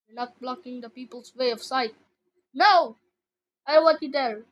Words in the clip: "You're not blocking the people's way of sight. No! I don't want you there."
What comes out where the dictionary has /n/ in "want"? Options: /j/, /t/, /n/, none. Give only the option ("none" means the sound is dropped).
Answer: none